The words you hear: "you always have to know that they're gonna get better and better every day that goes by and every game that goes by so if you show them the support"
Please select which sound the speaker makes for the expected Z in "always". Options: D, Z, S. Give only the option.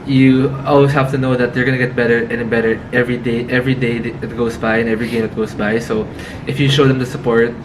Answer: S